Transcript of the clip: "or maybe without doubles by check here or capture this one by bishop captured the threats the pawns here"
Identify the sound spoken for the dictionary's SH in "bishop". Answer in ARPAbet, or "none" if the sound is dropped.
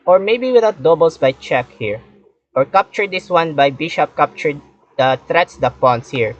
SH